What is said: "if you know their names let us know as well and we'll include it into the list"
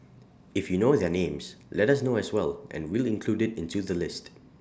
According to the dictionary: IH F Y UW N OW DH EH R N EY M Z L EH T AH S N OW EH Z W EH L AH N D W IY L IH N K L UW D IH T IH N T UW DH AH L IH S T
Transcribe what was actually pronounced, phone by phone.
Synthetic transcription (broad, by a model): IH F Y UW N OW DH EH N EY M S L EH T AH S N OW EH S W EH L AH N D W IY L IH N K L UW D IH T IH N T UW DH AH L IH S T